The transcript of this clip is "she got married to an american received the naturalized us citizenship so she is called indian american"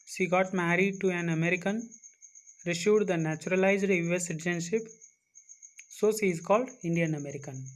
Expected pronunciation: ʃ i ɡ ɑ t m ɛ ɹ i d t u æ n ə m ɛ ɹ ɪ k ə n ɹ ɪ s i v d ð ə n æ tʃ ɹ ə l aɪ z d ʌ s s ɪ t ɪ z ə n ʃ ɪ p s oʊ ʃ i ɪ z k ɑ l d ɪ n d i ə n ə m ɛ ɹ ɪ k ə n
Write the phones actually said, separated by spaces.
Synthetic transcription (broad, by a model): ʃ i ɡ ɑ t m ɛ ɹ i d t u æ n ə m ɛ ɹ ɪ k ə n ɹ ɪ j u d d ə n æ tʃ ɹ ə l aɪ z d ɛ s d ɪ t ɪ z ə n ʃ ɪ p s oʊ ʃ i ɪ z k ɑ l d ɪ n d i ə n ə m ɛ ɹ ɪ k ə n